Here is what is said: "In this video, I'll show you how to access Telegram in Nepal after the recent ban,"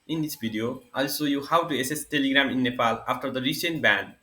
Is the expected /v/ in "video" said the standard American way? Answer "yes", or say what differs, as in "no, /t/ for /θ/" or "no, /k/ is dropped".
no, /b/ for /v/